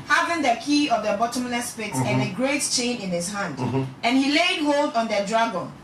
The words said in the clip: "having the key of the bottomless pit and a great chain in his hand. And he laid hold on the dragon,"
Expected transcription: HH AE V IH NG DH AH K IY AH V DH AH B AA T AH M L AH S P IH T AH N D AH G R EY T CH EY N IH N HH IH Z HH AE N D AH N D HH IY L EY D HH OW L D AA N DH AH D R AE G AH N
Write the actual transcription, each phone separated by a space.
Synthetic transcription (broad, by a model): HH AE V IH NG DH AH K IY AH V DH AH B AA T AH M L AH S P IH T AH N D AH G R EY T CH EY N IH N HH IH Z HH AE N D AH N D HH IY L EY D HH OW L D AA N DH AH D R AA G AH N